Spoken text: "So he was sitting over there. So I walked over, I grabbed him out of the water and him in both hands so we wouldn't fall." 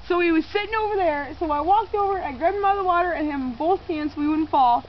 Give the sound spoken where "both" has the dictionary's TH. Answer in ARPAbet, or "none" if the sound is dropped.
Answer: TH